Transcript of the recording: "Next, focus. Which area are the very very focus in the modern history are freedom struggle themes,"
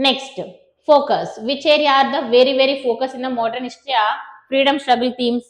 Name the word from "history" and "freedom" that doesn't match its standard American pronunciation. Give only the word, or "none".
history